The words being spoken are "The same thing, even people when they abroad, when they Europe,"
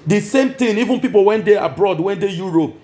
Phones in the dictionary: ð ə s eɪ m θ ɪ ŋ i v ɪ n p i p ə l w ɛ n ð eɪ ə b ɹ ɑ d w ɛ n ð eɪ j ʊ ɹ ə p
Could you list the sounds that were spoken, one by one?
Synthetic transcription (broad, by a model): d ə s eɪ m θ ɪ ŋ i v ɪ n p i p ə l w ɛ n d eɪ ə b ɹ ɑ d w ɛ n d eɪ j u ɹ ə p